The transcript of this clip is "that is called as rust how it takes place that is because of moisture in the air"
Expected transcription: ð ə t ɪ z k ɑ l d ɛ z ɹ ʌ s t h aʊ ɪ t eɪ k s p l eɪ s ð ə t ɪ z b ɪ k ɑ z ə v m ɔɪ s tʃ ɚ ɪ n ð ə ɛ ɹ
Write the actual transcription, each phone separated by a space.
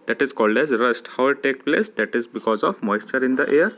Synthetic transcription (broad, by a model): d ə t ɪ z k ɑ l d ɛ z ɹ ʌ s t h aʊ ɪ t eɪ k p l eɪ s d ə t ɪ z b ɪ k ɑ z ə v m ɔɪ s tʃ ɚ ɪ n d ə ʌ ɹ